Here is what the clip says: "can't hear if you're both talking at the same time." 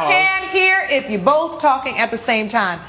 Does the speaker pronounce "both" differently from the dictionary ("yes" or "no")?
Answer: no